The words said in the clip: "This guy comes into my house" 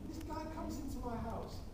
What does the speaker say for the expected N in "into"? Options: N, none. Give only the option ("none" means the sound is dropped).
N